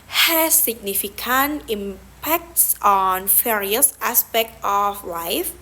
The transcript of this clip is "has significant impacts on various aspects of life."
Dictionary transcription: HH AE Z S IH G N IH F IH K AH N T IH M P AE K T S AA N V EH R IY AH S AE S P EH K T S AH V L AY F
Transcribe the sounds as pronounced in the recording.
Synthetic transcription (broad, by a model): HH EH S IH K N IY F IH K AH N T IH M P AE K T S AA N F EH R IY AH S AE S P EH K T AH F L AY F